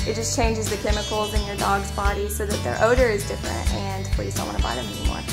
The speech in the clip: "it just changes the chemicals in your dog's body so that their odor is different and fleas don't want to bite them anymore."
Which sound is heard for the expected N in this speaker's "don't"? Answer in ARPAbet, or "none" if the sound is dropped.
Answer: L